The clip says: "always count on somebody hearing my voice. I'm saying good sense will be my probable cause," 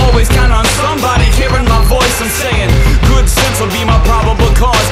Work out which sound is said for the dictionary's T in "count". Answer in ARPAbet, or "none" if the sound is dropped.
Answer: none